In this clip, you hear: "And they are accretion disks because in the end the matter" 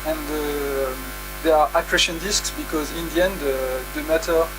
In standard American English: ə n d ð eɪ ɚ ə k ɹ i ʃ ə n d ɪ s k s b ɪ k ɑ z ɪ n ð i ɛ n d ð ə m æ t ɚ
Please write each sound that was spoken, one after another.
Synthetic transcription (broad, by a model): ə n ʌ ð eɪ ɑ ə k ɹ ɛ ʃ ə n d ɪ s k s b ɪ k ɑ z ɪ n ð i ɛ n d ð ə m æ t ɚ